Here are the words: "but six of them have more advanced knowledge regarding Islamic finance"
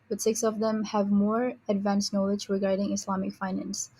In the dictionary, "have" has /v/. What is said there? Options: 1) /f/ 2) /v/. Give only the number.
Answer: 2